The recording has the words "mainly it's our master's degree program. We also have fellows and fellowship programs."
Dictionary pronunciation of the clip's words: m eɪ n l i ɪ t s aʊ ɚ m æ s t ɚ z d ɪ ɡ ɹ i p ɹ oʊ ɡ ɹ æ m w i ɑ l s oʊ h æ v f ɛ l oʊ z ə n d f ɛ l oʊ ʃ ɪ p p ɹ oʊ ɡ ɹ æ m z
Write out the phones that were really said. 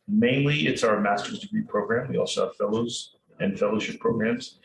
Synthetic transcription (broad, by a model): m eɪ n l i ɪ t s aʊ ɚ m æ s t ɚ z d ɪ ɡ ɹ i p ɹ oʊ ɡ ɹ æ m w i ɑ l s oʊ h æ v f ɛ l oʊ z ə n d f ɛ l oʊ ʃ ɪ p p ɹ oʊ ɡ ɹ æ m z